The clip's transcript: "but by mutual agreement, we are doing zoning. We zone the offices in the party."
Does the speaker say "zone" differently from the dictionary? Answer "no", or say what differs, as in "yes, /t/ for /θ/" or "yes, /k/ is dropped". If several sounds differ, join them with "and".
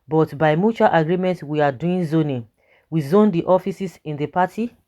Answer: no